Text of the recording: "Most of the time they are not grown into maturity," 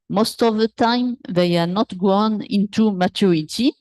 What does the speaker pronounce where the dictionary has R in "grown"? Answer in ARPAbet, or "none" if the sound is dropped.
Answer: W